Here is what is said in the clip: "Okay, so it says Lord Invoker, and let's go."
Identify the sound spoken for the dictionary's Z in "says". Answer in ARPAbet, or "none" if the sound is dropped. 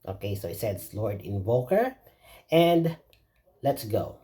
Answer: S